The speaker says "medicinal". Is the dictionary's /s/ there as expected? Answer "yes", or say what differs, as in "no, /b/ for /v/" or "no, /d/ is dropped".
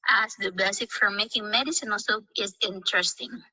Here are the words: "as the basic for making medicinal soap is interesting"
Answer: yes